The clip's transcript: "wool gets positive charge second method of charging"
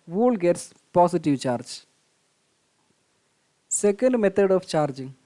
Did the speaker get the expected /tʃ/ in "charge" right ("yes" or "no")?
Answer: yes